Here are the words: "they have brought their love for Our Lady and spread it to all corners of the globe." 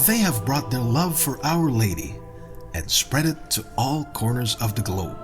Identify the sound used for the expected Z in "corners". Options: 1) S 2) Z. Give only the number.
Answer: 2